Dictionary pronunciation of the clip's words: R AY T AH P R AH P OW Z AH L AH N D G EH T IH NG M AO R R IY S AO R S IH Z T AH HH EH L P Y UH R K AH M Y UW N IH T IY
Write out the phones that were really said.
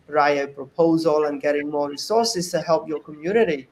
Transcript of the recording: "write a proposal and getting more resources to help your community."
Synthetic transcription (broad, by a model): R AY AH P R AH P OW Z AH L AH N G EH T IH NG M AO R R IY S AO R S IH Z T AH HH EH L P Y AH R K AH M Y UW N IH T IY